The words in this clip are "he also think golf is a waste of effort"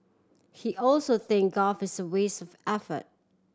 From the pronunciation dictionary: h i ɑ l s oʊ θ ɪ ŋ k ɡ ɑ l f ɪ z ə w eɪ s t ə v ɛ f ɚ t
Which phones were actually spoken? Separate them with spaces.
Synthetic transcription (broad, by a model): h i ɑ l s oʊ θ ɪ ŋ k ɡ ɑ f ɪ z ə w eɪ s ə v ɛ f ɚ t